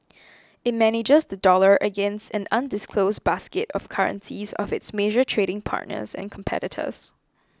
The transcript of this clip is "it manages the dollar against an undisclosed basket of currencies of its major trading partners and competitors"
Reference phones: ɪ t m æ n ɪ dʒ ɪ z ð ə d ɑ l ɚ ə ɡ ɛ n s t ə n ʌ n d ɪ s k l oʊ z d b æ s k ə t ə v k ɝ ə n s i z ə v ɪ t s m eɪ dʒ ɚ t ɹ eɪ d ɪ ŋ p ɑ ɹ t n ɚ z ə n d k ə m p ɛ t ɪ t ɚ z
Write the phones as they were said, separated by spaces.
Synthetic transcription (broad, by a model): ɪ t m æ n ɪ dʒ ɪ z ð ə d ɑ l ɚ ə ɡ ɛ n s t ə n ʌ n d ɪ s k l oʊ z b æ s k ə t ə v k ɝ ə n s i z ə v ɪ t s m eɪ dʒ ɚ t ɹ eɪ d ɪ ŋ p ɑ ɹ t n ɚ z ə n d k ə m p ɛ t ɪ t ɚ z